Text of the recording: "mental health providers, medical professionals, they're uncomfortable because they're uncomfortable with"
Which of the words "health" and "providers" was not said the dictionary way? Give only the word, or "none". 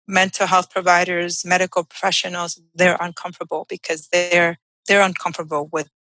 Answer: none